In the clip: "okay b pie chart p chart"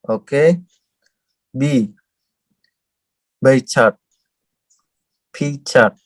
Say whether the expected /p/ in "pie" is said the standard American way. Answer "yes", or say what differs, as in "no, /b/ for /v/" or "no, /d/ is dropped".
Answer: no, /b/ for /p/